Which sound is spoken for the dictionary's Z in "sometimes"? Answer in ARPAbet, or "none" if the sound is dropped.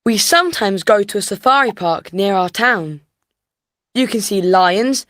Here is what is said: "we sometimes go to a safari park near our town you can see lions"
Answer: Z